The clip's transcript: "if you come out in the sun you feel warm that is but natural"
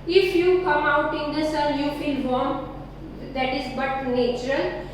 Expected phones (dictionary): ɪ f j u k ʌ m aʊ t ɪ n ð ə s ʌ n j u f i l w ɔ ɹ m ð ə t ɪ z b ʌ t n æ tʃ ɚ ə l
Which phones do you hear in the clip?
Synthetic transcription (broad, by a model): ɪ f j u k ʌ m aʊ t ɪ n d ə s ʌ l j u f i l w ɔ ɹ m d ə t ɪ z b ʌ t n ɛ tʃ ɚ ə l